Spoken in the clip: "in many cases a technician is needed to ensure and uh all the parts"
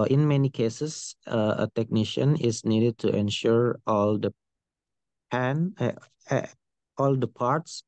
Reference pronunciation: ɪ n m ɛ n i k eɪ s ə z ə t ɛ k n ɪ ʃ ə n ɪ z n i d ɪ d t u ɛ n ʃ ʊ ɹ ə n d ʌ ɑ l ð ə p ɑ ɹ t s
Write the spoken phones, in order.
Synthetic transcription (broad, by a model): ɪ n m ɛ n i k eɪ s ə s ə t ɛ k n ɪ ʃ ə n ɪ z n i d ɪ d t u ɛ n ʃ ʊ ɹ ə l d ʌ ɑ l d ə p ɑ ɹ t s